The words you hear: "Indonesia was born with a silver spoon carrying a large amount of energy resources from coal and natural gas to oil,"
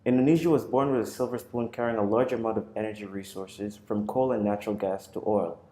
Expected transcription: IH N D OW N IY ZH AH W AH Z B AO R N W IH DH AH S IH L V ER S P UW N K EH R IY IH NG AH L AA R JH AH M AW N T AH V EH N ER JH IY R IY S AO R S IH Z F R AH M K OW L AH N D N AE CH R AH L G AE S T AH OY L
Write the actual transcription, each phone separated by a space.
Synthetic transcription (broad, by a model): IH N D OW N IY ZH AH W AH Z B AO R N W IH DH AH S IH L V ER S P UW N K EH R IY IH NG AH L AA R JH AH M AW N T AH V EH N ER JH IY R IY S AO R S IH Z F R AH M K OW L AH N N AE CH R L G AE S T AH OY L